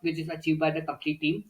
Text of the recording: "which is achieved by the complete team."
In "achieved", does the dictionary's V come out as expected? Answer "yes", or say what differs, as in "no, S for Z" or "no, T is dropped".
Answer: yes